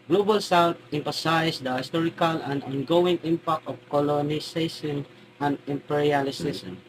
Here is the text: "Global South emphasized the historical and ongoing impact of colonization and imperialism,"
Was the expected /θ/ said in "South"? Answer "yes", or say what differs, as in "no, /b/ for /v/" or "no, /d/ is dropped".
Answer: no, /t/ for /θ/